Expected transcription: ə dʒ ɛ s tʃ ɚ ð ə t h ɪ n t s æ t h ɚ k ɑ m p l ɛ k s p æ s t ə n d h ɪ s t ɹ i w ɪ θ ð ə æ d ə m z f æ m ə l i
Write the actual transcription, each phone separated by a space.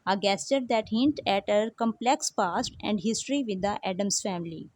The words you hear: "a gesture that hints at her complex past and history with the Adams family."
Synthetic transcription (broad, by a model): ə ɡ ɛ s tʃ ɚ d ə t h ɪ n t æ t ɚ k ɑ m p l ɛ k s p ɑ s t ə n d h ɪ s t ɹ i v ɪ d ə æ d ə m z f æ m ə l i